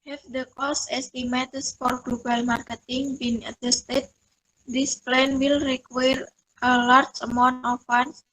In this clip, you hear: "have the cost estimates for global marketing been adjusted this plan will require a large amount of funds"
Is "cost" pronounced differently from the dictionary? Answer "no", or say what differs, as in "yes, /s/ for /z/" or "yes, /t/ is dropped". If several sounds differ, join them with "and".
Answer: yes, /t/ is dropped